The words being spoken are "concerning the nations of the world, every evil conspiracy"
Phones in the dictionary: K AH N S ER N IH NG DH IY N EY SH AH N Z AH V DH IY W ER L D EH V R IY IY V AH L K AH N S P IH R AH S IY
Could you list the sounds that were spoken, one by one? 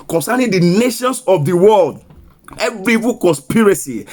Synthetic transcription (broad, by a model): K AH N S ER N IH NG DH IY N EY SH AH N S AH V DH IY W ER L D EH V R IY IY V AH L K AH N S P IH R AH S IY